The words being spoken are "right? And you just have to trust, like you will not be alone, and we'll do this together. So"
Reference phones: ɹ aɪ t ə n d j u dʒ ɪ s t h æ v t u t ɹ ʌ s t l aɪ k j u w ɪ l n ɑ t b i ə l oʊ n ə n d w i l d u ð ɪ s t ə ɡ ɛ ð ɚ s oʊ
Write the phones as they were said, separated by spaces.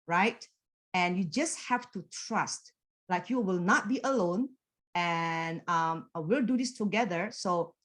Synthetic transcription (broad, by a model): ɹ aɪ t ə n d j u dʒ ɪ s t h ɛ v t u t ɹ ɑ s t l aɪ k j u w ɪ l n ɑ t b i ə l oʊ n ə n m w i l d u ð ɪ s t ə ɡ ɛ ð ɚ s oʊ